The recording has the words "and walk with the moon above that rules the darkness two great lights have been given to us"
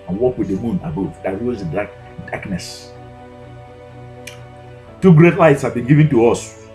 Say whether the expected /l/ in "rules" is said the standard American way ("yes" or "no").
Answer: no